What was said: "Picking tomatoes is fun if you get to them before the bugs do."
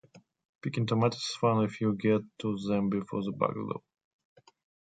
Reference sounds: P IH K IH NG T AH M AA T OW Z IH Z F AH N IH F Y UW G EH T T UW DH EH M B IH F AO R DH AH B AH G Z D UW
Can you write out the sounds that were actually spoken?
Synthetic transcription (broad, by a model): P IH K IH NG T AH M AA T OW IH S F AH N IH F Y UW G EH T T UW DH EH M B IH F AO R DH AH B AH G D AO